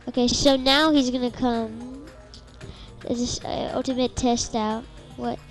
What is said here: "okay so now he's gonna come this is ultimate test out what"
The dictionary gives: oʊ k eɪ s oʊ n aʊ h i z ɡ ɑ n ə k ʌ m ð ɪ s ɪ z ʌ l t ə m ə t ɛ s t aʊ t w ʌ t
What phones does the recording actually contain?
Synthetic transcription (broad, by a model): oʊ k eɪ s oʊ n aʊ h i z ɡ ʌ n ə k ʌ m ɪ ɪ s ʌ l t ə m ə t ɛ s t aʊ t w ʌ t